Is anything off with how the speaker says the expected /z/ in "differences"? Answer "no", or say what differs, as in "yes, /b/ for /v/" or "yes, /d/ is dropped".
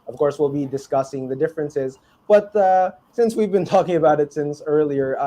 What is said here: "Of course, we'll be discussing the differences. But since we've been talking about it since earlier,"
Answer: no